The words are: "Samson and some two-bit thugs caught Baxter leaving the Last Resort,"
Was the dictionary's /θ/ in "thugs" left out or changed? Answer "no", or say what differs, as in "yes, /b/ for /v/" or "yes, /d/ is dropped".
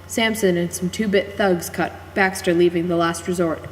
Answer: no